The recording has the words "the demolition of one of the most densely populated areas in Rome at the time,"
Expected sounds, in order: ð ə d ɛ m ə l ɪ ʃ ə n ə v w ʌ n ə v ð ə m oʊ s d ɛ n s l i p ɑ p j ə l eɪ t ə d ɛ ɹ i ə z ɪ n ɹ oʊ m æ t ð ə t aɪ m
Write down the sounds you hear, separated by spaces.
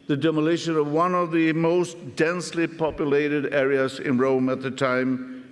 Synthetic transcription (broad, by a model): ð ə d ɛ m ə l ɪ ʃ ə n ə v w ʌ n ə v ð ə m oʊ s d ɛ n s l i p ɑ p j ə l eɪ t ə d ɛ ɹ i ə z ɪ n ɹ oʊ m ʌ t ð ə t aɪ m